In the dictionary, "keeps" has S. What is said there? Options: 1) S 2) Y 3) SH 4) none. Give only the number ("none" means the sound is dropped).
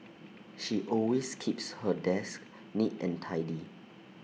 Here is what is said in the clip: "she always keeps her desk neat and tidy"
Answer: 1